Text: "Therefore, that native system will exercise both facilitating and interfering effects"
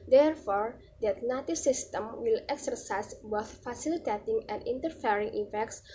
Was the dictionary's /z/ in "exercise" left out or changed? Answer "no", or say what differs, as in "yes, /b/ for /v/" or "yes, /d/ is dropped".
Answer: yes, /s/ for /z/